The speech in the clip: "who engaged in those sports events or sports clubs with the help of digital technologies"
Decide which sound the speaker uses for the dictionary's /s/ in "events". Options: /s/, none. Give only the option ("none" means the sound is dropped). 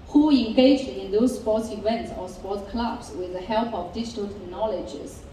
/s/